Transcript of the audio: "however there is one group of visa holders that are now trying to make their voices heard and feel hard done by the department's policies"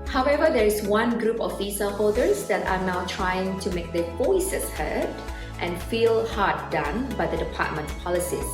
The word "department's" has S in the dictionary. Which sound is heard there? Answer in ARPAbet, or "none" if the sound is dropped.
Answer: none